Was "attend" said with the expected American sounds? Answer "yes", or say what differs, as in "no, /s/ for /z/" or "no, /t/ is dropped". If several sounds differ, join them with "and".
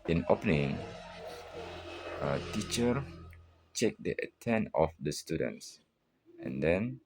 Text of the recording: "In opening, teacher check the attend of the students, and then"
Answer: no, /d/ is dropped